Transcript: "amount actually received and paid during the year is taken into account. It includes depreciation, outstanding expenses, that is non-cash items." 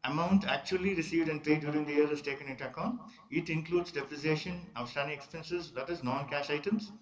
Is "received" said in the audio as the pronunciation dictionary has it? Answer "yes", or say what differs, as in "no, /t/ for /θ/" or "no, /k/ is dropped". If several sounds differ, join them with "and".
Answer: yes